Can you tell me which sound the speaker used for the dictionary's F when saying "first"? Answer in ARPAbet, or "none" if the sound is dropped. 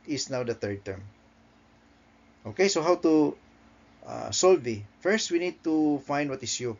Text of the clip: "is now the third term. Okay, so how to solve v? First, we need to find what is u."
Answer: F